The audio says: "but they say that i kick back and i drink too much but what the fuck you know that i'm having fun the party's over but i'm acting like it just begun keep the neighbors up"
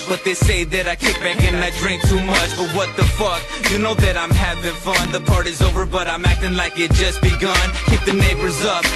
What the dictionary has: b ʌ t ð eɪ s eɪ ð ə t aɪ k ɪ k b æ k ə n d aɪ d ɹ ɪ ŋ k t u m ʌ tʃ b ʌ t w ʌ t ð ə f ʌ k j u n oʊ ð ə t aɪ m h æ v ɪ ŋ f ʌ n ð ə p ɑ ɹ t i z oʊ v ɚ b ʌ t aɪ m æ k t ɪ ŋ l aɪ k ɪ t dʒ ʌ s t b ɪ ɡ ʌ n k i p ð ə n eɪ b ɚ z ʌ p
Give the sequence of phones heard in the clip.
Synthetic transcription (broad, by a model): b ʌ t ð eɪ s eɪ ð ə t aɪ k ɪ k b æ k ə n aɪ d ɹ ɪ ŋ k t u m ʌ tʃ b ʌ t w ʌ t ð ə f ʌ k j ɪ n oʊ ð ə t aɪ m h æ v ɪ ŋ f ʌ n ð ə p ɑ ɹ t i z oʊ v ɚ b ʌ t aɪ m æ k t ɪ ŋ l aɪ k ɪ t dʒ ʌ s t b ɪ ɡ ʌ n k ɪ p ð ə n eɪ b ɚ z ʌ p